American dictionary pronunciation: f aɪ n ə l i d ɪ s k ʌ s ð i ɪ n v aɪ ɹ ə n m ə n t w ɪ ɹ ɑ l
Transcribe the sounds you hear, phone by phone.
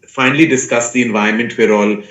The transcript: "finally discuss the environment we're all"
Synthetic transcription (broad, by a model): f aɪ n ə l i d ɪ s k ʌ s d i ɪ n v aɪ ə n m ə n t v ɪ ɹ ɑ l